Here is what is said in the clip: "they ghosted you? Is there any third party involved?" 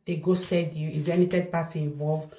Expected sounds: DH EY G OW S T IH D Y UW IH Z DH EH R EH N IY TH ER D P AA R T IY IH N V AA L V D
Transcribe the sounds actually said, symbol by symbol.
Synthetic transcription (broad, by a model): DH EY G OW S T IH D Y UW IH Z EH EH N IY T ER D P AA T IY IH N V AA L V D